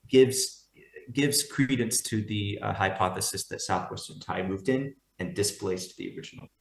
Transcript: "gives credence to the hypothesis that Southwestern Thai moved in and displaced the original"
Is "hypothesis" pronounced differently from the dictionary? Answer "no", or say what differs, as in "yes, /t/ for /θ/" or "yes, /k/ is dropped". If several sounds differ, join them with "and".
no